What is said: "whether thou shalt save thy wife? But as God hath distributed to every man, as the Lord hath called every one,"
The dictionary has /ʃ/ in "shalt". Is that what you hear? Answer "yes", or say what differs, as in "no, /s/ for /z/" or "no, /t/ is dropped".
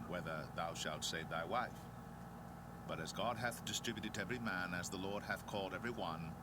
yes